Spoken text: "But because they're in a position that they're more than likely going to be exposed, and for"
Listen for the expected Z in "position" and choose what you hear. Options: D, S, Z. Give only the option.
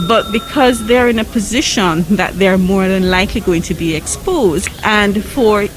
Z